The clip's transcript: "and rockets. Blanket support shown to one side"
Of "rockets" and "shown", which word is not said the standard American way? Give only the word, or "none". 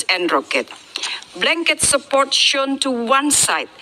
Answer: rockets